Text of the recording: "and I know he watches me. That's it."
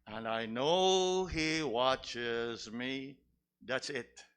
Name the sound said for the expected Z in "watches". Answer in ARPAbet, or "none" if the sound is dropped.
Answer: Z